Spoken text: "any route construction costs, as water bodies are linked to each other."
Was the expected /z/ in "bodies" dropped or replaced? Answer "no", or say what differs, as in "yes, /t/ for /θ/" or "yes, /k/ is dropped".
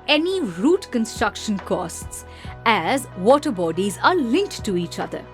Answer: no